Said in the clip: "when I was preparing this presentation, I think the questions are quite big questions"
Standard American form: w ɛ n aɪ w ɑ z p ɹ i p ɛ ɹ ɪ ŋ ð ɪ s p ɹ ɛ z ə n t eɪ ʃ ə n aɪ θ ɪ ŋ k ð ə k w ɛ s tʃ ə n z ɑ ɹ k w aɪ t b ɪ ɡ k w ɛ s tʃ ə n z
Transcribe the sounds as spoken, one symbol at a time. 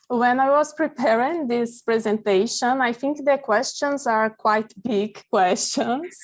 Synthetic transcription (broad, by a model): w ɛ n aɪ w ɑ z p ɹ i p ɛ ɹ ɪ ŋ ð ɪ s p ɹ ɛ z ə n t eɪ ʃ ə n aɪ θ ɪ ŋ k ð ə k w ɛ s tʃ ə n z ɑ ɹ k w aɪ t b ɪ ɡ k w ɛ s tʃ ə n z